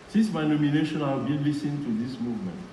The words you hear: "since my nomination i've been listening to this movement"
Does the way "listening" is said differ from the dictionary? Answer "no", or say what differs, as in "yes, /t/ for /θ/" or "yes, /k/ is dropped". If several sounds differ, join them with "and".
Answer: yes, /n/ is dropped